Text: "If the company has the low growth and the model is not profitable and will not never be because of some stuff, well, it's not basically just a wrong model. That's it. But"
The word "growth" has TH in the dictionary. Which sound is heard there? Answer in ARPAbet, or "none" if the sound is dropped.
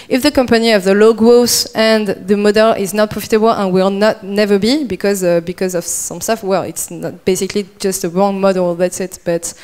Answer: S